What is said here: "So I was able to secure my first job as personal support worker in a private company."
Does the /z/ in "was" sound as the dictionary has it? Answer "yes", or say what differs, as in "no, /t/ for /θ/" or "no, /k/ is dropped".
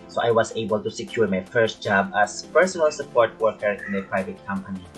no, /s/ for /z/